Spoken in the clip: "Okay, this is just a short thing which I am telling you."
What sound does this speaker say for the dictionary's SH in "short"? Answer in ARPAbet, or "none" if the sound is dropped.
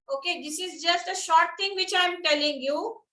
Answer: SH